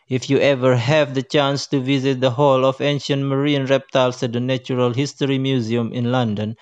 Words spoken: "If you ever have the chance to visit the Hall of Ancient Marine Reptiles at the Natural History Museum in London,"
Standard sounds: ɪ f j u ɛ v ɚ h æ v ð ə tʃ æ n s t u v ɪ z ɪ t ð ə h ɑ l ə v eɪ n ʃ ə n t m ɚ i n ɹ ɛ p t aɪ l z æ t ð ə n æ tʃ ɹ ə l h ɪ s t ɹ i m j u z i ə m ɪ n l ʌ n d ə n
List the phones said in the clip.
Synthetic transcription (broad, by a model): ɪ f j u ɛ v ɚ h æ v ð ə tʃ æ n s t u v ɪ z ɪ t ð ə h ɑ l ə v eɪ n ʃ ə n t m ɚ i n ɹ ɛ p t aɪ l s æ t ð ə n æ tʃ ɹ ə l h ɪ s t ɹ i m j u z i ə m ɪ n l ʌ n d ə n